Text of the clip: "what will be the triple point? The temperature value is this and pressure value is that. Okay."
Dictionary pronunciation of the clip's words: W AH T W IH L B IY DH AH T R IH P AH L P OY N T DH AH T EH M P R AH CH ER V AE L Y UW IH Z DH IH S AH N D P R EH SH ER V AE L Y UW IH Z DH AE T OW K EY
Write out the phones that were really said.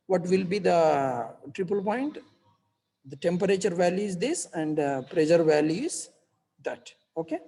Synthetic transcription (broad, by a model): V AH T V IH L B IY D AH T R IH P AH L P OY N T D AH T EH M P R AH CH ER V AE L Y UW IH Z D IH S AH N D P R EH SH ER V AE L Y UW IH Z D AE T OW K EY